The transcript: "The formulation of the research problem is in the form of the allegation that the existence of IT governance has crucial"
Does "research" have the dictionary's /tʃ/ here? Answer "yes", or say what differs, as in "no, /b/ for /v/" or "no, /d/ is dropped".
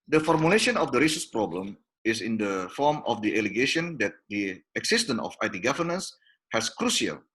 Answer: no, /s/ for /tʃ/